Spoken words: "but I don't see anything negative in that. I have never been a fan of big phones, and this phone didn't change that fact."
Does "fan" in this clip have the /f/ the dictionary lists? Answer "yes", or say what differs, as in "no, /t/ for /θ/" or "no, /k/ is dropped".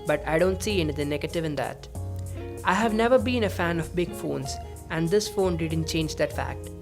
yes